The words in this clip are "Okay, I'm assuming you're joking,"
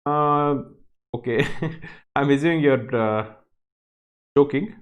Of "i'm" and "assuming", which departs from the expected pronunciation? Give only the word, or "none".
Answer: assuming